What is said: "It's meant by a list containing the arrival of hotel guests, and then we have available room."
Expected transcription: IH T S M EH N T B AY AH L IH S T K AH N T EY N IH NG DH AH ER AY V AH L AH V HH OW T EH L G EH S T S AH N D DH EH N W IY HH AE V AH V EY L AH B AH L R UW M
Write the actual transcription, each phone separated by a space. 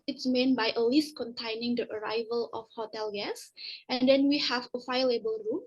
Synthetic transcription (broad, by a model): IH T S M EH N B AY AH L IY S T K AH N T EY N IH NG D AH ER AY V AH L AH F HH OW T EH L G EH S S AH N D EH N W IY HH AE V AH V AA L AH B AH L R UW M